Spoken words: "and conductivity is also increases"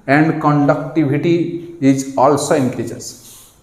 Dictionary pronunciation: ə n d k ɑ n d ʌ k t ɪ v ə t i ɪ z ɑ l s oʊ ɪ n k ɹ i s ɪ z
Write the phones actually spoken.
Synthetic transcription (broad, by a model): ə n d k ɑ n d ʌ k t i b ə t i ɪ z ɑ l s oʊ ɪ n k ɹ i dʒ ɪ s